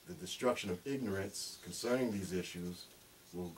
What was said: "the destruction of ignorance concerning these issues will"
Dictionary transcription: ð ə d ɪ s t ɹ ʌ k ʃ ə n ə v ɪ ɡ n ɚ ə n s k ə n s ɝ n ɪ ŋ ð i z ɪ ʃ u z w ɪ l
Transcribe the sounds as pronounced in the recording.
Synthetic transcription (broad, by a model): ð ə d ɪ s t ɹ ʌ k ʃ ə n ə v ɪ ɡ n ɚ ə n s k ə n s ɝ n ɪ ŋ ð i z ɪ ʃ u z w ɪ l